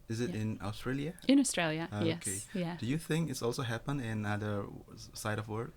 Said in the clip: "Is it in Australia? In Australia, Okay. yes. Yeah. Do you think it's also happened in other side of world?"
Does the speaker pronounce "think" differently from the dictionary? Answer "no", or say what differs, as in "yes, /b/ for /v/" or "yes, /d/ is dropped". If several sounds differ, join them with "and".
no